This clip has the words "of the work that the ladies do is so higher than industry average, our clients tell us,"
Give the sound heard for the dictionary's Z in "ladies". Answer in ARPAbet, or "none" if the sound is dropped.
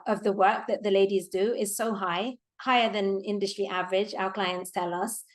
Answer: Z